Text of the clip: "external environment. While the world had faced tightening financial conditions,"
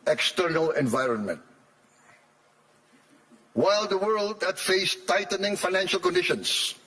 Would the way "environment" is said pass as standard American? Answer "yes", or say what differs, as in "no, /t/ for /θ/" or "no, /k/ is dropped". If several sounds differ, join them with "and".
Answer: yes